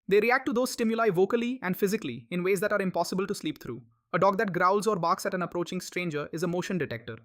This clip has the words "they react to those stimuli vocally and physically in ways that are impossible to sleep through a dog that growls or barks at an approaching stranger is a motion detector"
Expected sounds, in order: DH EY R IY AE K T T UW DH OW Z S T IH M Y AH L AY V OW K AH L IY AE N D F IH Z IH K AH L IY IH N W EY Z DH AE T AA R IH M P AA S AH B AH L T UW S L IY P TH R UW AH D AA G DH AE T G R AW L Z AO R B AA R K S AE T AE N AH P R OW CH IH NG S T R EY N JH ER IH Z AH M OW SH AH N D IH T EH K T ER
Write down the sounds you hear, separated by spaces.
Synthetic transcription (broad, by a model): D EY R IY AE K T T UW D OW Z S T IH M Y AH L AY V OW K AH L IY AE N D F IH Z IH K AH L IY IH N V EY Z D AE T AA R IH M P AA S AH B AH L T UW S L IY P T R UW AH D AA G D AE T G R AW L Z AO R B AA R K S AE T AE N AH P R OW CH IH NG S T R EY N JH ER IH Z AH M OW SH AH N D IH T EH K T ER